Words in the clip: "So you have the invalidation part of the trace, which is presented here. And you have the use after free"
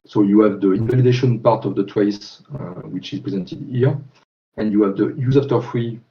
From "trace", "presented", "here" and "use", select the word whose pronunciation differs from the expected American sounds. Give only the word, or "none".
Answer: trace